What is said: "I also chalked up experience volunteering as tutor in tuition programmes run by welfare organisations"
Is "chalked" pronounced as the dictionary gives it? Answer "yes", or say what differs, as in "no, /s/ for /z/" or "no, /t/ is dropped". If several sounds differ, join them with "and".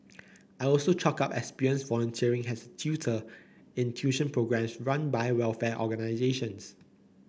no, /t/ is dropped